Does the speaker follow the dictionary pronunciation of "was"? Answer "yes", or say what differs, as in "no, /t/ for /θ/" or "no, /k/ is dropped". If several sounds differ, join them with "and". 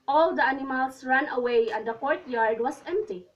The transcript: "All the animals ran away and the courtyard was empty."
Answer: no, /s/ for /z/